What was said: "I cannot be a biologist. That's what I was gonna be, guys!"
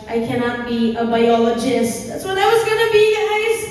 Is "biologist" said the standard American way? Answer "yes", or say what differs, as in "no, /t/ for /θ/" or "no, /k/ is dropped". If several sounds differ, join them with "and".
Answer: yes